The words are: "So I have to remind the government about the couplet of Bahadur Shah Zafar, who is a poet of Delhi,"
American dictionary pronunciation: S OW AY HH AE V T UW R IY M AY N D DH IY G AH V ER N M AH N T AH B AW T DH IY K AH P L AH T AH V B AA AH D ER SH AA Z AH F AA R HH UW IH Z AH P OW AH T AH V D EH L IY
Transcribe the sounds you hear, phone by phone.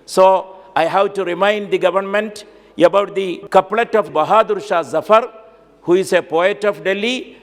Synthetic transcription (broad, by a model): S OW AY HH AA W T UW R IY M AY N D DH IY G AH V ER N M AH N T AH B AW T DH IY K AH P L AH T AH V B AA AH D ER SH AA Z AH F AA R HH UW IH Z AH P OW AH T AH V D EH L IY